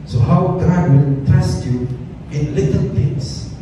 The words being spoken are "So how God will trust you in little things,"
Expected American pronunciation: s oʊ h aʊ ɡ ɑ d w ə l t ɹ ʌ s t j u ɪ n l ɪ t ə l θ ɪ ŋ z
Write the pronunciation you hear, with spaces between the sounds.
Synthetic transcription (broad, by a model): s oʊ h aʊ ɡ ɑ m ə n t ɛ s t j u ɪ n l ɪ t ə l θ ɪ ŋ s